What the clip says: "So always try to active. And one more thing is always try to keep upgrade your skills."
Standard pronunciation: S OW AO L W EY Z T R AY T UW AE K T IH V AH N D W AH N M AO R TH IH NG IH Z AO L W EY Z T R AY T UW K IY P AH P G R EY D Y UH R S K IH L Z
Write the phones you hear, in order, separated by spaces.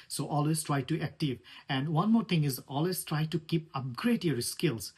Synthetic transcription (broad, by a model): S OW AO L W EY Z T R AY T UW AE K T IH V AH N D W AH N M AO R T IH NG IH Z AO L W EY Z T R AY T UW K IY P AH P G R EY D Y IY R S K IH L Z